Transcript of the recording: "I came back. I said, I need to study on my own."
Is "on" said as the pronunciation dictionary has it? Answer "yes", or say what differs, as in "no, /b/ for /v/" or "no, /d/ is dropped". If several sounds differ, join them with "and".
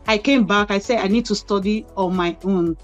no, /l/ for /n/